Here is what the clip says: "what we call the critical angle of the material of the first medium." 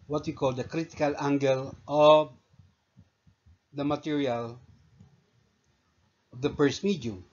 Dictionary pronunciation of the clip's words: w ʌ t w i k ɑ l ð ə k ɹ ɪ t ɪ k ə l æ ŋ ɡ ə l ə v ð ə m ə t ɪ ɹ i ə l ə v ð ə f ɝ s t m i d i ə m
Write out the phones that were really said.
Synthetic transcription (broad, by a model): w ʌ t w i k ɑ l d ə k ɹ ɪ t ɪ k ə l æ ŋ ɡ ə l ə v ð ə m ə t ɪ ɹ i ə l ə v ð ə p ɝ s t m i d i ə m